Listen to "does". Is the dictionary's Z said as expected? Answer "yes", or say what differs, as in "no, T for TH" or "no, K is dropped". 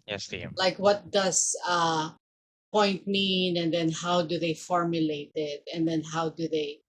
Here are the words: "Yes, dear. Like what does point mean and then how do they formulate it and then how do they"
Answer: no, S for Z